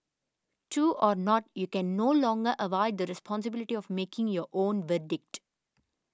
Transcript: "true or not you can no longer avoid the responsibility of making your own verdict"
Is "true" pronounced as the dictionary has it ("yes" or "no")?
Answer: no